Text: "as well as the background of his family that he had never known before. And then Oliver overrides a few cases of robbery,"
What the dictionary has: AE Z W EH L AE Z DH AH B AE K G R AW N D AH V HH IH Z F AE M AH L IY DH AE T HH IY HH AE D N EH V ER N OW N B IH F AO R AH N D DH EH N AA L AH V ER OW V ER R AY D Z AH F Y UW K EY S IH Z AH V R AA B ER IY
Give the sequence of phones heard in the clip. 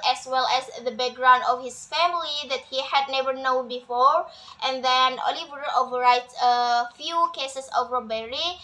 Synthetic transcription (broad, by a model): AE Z W EH L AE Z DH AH B AE K G R AW N D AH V HH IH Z F AE M AH L IY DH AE T HH IY HH AE D N EH V ER N OW N B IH F AO R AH N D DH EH N AA L AH V ER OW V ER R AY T AH F Y UW K EY S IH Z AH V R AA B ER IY